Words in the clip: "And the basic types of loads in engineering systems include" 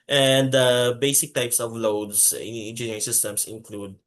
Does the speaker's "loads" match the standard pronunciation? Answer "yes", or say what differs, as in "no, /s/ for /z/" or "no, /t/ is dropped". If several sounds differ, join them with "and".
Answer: no, /s/ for /z/